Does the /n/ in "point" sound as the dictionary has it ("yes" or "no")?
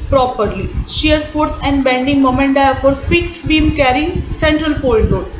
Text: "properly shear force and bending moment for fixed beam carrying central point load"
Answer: no